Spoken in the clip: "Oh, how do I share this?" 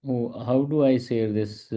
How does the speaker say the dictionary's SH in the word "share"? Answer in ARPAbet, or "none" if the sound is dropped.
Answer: S